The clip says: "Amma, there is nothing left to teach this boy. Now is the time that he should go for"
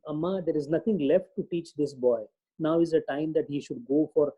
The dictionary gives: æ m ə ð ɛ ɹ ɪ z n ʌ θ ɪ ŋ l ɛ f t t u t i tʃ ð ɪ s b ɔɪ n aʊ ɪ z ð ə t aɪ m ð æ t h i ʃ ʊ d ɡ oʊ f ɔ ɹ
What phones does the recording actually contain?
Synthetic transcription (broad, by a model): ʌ m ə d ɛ ɹ ɪ z n ʌ t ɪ ŋ l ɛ f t t u t i tʃ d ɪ s b ɔɪ n aʊ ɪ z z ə t aɪ m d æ t h i ʃ ʊ d ɡ oʊ f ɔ ɹ